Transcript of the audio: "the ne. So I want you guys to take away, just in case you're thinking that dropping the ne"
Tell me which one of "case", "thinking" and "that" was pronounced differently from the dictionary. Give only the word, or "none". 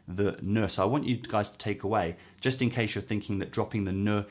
none